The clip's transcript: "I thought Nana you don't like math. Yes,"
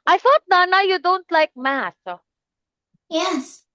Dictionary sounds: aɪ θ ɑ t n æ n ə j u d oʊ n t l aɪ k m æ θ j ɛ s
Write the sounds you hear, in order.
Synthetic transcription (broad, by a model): aɪ θ ɑ t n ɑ n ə j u d oʊ n t l aɪ k m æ s j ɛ s